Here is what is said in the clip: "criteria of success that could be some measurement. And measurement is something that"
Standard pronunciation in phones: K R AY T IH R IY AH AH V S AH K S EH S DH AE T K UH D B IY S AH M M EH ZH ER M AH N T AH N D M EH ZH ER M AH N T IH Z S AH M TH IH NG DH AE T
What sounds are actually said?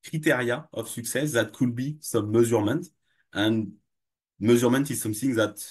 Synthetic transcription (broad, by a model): K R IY T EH R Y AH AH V S AH K S EH S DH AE T K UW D B IY S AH M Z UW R M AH N T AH N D M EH Z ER M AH N T IH Z S AH M TH IH NG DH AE T